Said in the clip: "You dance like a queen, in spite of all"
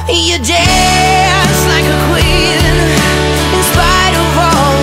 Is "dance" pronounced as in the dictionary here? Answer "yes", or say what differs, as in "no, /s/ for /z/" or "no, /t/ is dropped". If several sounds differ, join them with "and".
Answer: no, /n/ is dropped